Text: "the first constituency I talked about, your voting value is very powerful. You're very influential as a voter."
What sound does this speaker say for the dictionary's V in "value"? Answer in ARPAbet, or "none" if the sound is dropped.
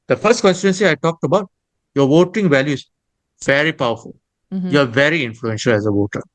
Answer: V